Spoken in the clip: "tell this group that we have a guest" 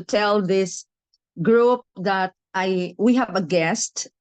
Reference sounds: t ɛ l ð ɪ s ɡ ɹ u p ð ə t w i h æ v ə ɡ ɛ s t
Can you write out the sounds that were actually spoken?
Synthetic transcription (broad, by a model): t ɛ l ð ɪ s ɡ ɹ u p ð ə t w i h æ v ə ɡ ɛ s t